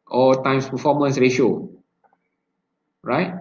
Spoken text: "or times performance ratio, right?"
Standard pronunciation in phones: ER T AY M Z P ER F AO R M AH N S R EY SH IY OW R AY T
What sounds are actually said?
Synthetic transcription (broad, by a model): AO T AY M S P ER F AO M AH N S R EY SH IY OW R AY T